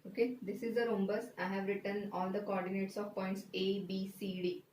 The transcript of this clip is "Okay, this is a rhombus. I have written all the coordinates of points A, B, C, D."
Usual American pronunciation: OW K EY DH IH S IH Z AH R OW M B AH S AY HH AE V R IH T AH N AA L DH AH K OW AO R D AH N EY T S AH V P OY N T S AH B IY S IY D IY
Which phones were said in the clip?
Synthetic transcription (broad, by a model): OW K EY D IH S IH Z AH R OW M B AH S AY HH AE V R IH T AH N AA L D AH K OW AO R D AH N EY T S AH V P OY N T S AH B IY S IY D IY